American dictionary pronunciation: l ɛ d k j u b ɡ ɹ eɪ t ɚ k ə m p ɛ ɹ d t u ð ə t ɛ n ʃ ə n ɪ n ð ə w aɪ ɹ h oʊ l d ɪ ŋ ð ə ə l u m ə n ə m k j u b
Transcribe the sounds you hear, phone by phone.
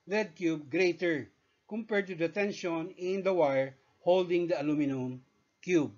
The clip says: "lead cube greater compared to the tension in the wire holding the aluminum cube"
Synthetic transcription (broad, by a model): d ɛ d k j u b ɡ ɹ eɪ t ɚ k ə m p ɛ ɹ d t u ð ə t ɛ n ʃ ə n ɪ n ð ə w aɪ ɹ h oʊ l d ɪ ŋ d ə ə l u m ə n ə m k j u b